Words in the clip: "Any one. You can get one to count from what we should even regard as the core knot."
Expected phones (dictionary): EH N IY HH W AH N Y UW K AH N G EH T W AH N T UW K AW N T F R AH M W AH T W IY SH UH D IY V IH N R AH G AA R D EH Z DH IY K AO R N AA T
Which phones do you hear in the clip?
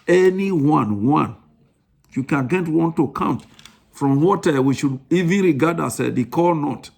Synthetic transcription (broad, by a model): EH N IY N W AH N Y UW K AH N G EH T W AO N T UW K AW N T F R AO M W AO T W IY SH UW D IY V IH N R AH G AA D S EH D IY K AO L N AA T